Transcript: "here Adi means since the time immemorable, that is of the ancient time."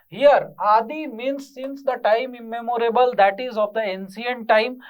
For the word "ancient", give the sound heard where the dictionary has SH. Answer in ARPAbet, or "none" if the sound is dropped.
S